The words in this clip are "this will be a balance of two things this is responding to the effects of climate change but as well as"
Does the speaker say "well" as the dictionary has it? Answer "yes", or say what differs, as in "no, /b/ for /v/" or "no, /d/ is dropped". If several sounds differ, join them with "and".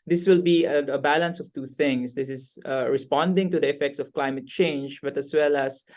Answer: yes